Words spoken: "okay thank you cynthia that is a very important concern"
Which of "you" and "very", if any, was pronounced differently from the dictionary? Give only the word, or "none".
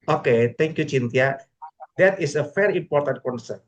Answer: very